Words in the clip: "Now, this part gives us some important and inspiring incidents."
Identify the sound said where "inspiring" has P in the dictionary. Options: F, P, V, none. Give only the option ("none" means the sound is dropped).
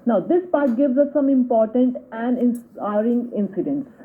none